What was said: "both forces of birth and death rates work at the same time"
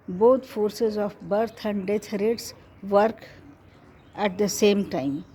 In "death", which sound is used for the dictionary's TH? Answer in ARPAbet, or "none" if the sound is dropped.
T